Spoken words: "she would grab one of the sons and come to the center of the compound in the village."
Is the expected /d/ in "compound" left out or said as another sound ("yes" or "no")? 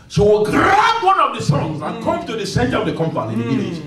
yes